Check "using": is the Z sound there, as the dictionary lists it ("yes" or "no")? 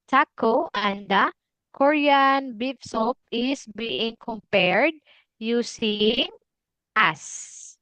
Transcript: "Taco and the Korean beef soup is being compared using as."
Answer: no